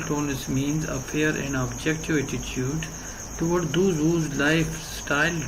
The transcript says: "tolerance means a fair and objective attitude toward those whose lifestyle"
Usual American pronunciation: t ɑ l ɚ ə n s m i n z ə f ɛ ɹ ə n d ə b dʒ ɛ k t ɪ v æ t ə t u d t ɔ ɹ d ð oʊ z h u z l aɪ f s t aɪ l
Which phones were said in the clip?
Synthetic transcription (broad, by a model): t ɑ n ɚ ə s m i n z ə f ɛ ɹ ə n d ə b dʒ ɛ k t ɪ v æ t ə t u d t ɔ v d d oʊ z h u z l aɪ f s t aɪ l